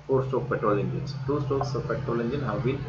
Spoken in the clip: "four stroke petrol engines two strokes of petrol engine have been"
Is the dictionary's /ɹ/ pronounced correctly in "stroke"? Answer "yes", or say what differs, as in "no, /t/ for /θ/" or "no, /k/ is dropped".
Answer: no, /ɹ/ is dropped